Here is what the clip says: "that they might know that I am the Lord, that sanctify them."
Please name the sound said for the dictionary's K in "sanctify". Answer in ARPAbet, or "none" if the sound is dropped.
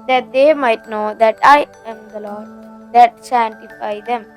none